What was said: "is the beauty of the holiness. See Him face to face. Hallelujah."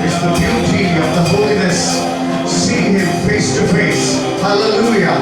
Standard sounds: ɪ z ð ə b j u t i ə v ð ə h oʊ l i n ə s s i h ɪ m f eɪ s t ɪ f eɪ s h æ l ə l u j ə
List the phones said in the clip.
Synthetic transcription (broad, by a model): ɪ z ð ə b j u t i ə v ð ə h oʊ l i n ə s s i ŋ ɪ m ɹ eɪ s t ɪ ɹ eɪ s h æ l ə l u j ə